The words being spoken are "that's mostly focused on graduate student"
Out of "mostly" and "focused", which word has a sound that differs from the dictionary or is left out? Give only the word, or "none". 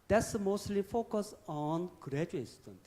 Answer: focused